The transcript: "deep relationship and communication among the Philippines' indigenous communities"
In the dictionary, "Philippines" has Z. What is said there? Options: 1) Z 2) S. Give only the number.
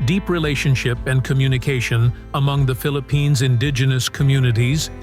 1